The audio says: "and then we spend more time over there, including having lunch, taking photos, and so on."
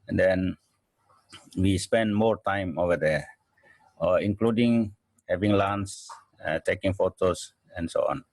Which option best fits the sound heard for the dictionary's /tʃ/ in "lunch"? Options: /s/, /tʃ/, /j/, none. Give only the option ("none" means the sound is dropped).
/s/